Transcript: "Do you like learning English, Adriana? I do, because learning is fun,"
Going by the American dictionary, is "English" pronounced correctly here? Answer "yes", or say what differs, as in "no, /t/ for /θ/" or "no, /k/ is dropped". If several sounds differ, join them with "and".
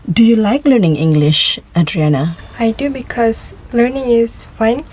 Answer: yes